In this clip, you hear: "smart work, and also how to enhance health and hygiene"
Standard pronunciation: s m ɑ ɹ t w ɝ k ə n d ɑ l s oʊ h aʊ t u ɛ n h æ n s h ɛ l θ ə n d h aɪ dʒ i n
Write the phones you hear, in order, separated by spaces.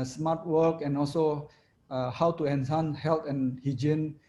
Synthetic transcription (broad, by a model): s m ɑ ɹ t w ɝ k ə n ɑ l s oʊ h aʊ t u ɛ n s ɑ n h ɛ l t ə n h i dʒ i n